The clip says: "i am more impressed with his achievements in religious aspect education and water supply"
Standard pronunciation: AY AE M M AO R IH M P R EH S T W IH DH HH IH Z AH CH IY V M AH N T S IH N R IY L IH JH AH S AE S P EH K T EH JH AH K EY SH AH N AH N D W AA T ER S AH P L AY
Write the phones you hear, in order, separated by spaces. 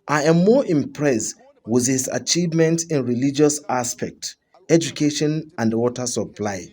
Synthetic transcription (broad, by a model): AY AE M M AO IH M P R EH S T W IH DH HH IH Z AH CH IY V M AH N T IH N R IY L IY JH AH S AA S P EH K T EH JH AH K EY SH AH N AH N D W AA T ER S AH P L AY